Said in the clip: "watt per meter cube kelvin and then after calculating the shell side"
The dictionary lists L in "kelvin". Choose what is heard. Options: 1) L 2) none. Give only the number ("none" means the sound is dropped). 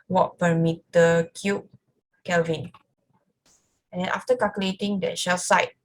1